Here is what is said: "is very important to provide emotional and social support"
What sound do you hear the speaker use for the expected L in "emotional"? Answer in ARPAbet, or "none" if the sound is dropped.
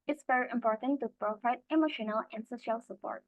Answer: L